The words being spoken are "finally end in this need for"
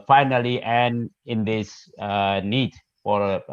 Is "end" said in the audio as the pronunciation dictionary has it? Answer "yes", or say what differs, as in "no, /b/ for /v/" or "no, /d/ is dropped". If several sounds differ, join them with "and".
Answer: no, /d/ is dropped